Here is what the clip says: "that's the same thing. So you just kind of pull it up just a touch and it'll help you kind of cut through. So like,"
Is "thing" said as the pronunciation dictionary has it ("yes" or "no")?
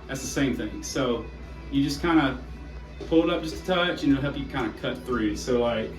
yes